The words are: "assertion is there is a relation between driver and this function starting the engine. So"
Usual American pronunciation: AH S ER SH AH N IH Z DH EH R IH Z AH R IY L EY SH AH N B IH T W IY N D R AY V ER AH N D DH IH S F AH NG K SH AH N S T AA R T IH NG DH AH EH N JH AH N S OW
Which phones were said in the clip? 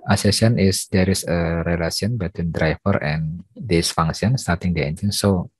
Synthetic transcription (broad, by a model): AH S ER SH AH N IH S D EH R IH S AH R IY L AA S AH N B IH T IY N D R AY F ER AH N D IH S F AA NG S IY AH N S T AA R T IH NG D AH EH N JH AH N S OW